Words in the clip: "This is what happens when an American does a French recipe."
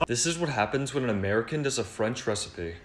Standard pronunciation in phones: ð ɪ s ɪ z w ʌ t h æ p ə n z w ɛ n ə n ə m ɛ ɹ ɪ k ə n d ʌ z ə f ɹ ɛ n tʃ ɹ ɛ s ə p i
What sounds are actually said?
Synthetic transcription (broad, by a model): ð ɪ s ɪ z w ʌ t h æ p ə n z w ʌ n ə n ə m ɛ ɹ ɪ k ə n d ʌ z ə f ɹ ɛ n tʃ ɹ ɛ s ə p i